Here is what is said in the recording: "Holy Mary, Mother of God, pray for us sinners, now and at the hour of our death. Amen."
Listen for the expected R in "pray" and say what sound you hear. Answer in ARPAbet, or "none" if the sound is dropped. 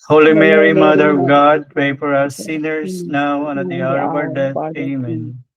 none